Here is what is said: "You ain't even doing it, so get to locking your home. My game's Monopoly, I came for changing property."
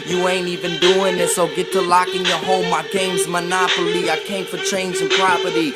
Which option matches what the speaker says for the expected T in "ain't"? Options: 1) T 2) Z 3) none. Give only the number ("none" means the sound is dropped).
1